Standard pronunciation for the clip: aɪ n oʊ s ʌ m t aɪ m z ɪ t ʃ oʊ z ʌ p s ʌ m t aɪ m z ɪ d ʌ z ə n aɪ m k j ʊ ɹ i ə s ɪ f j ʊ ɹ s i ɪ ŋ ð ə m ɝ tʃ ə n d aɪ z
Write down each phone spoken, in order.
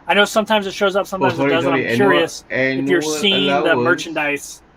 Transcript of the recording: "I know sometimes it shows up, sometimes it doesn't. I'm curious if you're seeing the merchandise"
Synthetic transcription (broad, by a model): aɪ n oʊ s ʌ m t aɪ m z ɪ t ʃ oʊ z ʌ p s ʌ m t aɪ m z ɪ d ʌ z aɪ k j ʊ ɹ i ə s ɪ f j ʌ ɹ s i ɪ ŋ ð ə m ɝ tʃ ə n d aɪ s